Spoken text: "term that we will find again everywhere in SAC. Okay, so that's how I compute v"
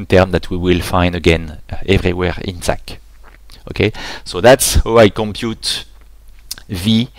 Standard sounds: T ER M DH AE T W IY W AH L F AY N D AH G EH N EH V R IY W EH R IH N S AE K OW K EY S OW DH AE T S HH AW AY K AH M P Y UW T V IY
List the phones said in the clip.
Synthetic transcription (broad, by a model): T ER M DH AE T W IY W AH L F AY N D AH G EH N EH V R IY W EH R IH N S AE K OW K EY S OW DH AE T S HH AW AY K AH M P Y UW T V IY